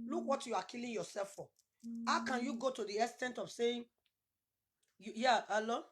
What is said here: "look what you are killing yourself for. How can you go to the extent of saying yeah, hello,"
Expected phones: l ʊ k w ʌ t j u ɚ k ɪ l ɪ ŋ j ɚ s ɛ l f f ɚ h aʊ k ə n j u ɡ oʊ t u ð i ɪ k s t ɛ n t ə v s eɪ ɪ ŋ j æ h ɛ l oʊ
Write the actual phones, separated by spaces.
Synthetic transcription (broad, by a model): l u k w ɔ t j u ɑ k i l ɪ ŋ j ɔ s ɛ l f f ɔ h aʊ k ə n j u ɡ oʊ t u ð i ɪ s t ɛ n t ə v s eɪ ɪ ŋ j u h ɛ l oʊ